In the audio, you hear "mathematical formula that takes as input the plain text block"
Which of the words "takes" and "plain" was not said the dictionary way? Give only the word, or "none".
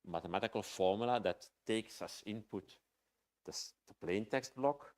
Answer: none